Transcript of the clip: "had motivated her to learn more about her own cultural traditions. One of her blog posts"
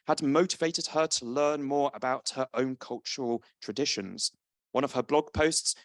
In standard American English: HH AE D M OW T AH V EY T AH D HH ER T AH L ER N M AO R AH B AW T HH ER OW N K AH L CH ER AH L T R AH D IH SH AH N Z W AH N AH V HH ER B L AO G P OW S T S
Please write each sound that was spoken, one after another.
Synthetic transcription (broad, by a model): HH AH D M OW T AH V EY T AH D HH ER T AH L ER N M AO R AH B AW T HH ER OW N K AH L CH ER AH L T R AH D IH SH AH N Z W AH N AH V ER B L AO G P OW S T S